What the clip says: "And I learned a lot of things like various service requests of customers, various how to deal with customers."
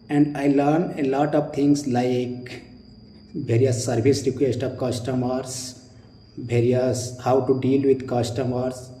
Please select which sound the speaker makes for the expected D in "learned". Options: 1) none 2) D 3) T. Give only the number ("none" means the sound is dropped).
1